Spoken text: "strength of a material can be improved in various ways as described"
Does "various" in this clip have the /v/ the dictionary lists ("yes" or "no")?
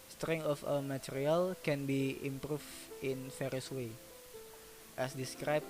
no